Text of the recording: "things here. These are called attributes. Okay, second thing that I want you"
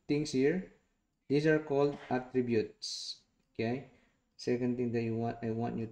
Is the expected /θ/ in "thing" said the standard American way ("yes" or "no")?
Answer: no